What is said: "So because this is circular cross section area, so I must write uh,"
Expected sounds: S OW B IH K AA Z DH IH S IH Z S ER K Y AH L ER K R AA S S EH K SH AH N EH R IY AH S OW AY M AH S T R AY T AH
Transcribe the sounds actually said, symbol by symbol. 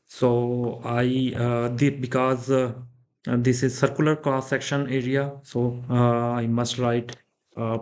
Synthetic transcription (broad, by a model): S OW B IH K AA Z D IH S IH Z S ER K Y AH L ER K AA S S EH K SH AH N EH R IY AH S OW AY M AH S T R AY T